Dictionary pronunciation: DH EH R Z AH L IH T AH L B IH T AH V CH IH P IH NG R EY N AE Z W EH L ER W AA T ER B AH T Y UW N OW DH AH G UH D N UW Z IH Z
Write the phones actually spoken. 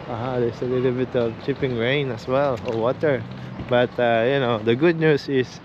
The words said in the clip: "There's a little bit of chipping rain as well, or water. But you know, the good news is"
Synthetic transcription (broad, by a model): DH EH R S AH L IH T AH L B IH T AH V CH IH P IH NG R EY N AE S W EH L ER W AA T ER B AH T Y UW N OW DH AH G UH D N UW S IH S